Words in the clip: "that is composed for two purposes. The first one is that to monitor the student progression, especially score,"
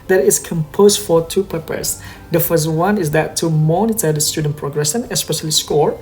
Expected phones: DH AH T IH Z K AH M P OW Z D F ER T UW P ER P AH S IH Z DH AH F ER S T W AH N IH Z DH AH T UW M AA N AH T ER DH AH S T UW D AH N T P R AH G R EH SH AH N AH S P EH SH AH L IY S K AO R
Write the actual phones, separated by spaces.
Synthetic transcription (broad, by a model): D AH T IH S K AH M P OW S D F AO T UW P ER P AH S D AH F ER S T W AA N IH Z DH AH T UW M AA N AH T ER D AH S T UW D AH N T P R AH G R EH S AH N AH S P EH SH AH L IY S K AO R